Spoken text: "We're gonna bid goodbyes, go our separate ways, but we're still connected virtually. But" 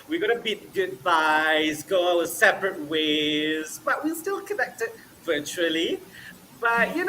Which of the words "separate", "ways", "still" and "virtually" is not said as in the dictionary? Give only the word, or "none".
none